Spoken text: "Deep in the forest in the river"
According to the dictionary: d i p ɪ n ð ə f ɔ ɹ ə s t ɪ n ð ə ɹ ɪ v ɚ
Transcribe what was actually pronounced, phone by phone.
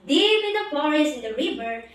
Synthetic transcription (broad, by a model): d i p ɪ n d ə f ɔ ɹ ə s ɪ n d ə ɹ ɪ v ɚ